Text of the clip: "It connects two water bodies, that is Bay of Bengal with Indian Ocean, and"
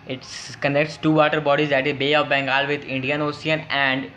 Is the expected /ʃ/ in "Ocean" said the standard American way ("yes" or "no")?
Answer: no